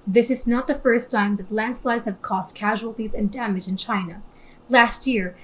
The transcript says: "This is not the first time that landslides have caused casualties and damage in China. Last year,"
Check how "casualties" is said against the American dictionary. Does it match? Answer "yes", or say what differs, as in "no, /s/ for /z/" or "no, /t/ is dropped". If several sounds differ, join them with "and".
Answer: yes